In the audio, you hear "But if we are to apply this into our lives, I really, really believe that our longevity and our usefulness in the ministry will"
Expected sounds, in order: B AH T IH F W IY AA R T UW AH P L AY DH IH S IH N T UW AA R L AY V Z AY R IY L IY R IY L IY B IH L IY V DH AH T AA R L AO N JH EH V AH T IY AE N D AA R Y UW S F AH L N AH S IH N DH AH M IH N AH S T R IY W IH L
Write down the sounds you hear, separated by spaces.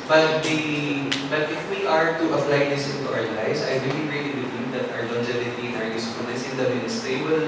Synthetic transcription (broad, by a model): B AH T IH F W IY AA R T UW AH P L AY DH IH S IH N T UW AA R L AY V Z AY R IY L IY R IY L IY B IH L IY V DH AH T AA R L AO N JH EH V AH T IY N AA R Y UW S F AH N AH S IH N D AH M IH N S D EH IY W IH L